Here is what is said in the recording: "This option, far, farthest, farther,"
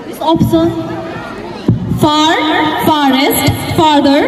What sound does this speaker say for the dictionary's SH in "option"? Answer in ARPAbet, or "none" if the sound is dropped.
S